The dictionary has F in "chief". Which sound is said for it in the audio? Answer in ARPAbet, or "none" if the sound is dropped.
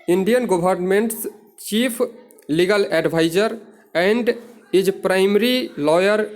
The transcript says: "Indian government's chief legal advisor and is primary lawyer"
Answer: P